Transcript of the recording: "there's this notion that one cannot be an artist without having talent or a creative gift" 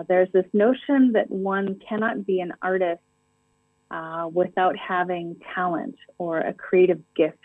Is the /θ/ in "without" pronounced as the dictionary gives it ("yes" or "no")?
yes